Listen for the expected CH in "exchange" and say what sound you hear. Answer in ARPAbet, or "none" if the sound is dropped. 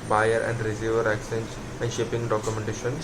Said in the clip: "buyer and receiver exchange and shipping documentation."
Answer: none